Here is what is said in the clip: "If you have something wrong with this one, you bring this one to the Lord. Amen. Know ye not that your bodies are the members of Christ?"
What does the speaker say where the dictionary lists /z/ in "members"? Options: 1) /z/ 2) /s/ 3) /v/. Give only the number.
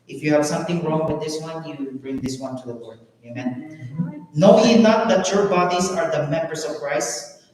2